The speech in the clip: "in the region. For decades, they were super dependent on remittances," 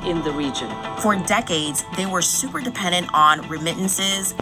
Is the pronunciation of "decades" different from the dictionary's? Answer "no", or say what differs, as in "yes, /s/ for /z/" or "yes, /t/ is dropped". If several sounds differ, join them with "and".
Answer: no